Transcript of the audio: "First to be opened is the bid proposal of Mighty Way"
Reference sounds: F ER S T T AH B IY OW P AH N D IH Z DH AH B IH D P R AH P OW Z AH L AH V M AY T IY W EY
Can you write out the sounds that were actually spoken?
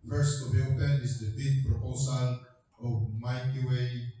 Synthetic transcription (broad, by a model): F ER S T T AH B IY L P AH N IH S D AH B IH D P R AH P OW S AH L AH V M AY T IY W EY